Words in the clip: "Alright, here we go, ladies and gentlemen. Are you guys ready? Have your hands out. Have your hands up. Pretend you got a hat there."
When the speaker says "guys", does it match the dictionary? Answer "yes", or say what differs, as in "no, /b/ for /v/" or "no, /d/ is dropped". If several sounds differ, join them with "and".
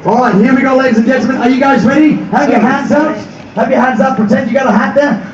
yes